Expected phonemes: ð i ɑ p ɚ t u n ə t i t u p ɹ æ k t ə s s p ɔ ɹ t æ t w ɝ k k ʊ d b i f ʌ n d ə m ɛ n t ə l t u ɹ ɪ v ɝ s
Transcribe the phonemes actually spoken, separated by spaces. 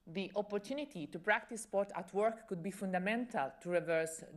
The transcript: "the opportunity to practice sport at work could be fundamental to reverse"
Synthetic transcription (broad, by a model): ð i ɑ p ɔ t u n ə t i t u p ɹ æ k t ə s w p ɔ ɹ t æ t w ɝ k k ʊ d b i f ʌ n d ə m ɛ n t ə l t u ɹ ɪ v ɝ s